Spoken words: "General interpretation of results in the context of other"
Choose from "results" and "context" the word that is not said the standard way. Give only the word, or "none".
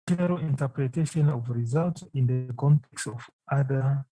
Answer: results